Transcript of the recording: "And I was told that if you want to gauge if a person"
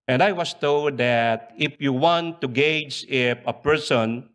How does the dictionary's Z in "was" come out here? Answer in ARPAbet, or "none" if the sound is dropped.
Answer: S